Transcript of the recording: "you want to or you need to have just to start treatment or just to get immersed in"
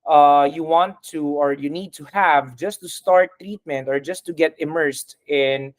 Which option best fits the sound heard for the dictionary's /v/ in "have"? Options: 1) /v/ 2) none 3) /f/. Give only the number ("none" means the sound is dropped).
1